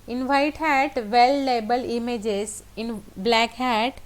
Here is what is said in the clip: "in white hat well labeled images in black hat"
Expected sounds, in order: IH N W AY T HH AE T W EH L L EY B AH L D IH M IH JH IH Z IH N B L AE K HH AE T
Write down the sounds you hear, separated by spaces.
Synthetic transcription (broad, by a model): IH N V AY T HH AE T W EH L L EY B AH L IH M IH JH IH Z IH N B L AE K HH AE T